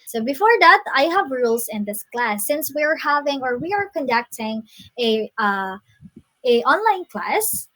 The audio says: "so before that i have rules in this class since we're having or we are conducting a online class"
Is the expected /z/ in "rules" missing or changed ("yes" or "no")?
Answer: yes